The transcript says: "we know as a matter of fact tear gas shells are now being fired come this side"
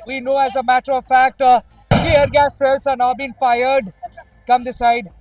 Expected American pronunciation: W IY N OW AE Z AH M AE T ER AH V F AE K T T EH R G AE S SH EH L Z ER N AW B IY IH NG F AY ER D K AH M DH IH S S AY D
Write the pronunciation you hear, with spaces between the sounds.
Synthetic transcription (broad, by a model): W IY N OW AE Z AH M AE T ER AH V F AE K T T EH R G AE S S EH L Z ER N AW B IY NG F AY ER D K AH M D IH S S AY D